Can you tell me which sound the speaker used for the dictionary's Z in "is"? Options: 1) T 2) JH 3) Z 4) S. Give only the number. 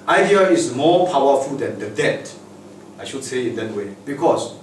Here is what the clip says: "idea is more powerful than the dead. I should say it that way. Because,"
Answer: 4